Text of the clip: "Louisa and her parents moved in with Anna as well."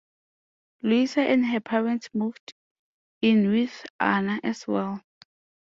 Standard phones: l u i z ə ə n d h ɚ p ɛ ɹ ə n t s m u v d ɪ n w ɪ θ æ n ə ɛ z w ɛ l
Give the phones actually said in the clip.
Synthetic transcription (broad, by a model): l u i s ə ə n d h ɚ p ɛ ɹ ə n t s m u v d ɪ n w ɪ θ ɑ n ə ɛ s w ɛ l